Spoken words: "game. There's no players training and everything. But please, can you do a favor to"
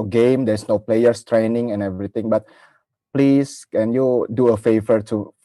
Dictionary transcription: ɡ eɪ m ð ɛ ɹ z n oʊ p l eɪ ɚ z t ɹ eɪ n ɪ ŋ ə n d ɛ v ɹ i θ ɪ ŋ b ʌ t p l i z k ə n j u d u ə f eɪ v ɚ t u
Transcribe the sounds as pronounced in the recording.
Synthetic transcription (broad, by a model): ɡ eɪ m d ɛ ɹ s n oʊ p l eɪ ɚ s t ɹ eɪ n ɪ ŋ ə n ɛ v ɹ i t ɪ ŋ b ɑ t p l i s k ə n j u d u ə f eɪ v ɚ t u